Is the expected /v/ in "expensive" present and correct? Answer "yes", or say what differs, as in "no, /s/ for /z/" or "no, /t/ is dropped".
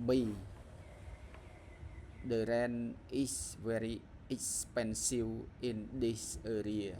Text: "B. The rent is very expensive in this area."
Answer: no, /w/ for /v/